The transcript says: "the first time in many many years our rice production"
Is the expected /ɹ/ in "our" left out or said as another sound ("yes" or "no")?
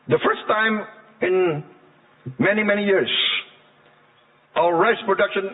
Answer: yes